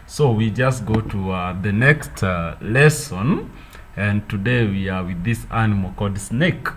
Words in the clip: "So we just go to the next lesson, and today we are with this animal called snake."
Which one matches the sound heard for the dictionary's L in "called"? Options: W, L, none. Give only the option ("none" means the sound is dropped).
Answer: none